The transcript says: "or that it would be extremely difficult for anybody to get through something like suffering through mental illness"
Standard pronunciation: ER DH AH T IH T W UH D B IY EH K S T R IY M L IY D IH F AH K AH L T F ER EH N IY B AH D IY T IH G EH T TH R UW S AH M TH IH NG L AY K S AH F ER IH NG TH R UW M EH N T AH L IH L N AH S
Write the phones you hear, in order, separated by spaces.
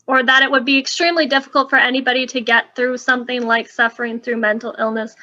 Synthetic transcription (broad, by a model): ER DH AH T IH T W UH D B IY EH K S T R IY M L IY D IH F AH K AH L T F ER EH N IY B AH D IY T IH G EH T TH R UW S AH M TH IH NG L AY K S AH F ER IH NG TH R UW M EH N T L IH L N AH S